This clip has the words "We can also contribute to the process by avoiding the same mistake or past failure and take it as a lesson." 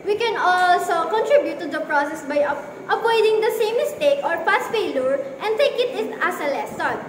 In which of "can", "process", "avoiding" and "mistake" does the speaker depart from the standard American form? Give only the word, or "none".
avoiding